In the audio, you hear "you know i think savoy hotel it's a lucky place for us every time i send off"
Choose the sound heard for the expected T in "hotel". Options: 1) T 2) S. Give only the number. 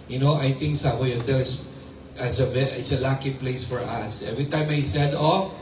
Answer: 2